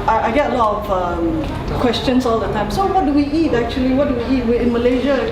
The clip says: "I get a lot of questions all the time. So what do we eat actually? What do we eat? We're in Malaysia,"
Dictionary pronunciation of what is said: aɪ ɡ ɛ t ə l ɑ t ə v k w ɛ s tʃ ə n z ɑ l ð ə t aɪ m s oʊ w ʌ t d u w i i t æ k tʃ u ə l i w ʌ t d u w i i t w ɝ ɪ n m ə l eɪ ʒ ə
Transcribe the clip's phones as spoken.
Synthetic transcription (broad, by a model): aɪ ɡ ɛ t ə l ɑ t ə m k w ɛ s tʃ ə n s ɑ l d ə t aɪ m s oʊ w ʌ t d u w i i t æ k tʃ u ə l i w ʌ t d u w i i t w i ɪ n m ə l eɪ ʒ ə